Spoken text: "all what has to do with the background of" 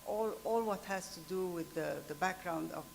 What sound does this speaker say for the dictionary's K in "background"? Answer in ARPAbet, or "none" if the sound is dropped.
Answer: K